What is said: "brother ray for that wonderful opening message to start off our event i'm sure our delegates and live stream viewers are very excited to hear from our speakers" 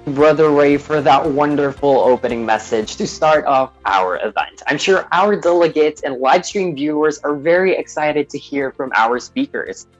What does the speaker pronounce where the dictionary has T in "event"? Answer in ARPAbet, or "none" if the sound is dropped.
T